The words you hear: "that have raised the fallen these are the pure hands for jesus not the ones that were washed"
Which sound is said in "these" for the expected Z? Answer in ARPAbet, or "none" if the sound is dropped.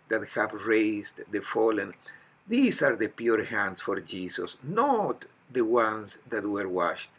S